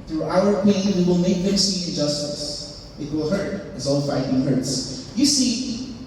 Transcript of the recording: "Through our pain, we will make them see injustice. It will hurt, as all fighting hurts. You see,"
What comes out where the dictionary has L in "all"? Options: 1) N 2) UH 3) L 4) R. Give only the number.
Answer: 1